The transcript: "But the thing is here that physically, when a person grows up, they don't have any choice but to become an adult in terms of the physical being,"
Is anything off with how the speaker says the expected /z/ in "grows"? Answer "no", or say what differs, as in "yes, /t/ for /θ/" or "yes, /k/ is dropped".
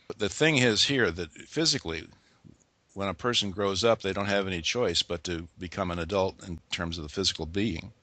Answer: no